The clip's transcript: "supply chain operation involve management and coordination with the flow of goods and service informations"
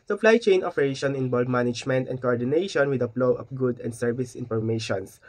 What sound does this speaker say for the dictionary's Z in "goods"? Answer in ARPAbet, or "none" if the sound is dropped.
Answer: none